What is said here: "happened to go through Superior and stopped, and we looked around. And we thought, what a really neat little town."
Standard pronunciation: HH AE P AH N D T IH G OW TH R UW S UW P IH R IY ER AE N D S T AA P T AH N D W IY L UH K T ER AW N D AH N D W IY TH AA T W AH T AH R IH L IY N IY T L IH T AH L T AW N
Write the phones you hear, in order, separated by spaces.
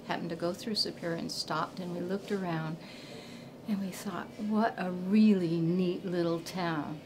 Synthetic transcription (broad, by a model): HH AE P N T IH G OW TH R UW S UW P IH R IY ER N S T AA P T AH N W IY L UH K T ER AW N D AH N W IY TH AA T W AH T AH R IH L IY N IY T L IH T L T AW N